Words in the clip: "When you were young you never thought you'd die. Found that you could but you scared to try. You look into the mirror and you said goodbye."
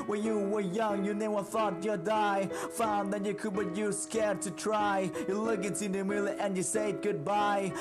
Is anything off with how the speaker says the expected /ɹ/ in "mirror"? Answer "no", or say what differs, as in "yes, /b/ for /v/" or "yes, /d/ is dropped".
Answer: yes, /l/ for /ɹ/